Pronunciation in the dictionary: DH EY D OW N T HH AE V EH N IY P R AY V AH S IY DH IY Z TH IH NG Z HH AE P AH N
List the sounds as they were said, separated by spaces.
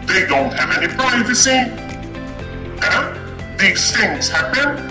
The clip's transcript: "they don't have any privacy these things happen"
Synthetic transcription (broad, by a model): DH EY D OW N T HH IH V EH N IY P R AY V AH S IY DH IY Z TH IH NG Z HH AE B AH N